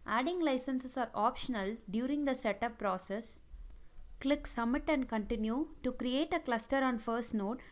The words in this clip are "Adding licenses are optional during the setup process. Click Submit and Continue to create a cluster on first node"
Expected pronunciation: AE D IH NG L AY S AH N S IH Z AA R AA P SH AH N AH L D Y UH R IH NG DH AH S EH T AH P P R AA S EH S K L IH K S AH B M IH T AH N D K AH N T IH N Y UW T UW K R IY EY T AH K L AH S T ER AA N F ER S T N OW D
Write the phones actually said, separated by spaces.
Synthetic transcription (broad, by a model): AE D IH NG L AY S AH N S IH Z AA R AA P SH AH N AH L D Y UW R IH NG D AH S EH T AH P P R AA S EH S K L IH K S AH M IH T AH N D K AH N T IH N Y UW T UW K R IY EY T AH K L AH S T ER AA N F ER S T N OW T